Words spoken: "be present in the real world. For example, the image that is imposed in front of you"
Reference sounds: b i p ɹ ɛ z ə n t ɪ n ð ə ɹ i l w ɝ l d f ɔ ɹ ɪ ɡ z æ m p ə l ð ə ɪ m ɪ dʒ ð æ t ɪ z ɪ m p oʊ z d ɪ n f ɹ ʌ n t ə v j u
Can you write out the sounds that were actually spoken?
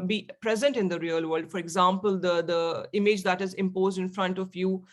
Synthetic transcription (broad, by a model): b i p ɹ ɛ z ə n t ɪ n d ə ɹ i l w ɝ l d f ɔ ɹ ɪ ɡ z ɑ m p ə l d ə ɪ m ɪ dʒ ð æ t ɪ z ɪ m p oʊ z d ɪ n f ɹ ʌ n t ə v j u